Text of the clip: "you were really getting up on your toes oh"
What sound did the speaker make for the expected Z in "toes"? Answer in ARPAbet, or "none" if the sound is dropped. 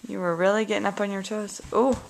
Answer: S